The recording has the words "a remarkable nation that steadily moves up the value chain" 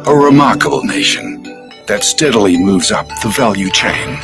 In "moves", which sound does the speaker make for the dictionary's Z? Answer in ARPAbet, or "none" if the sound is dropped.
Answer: Z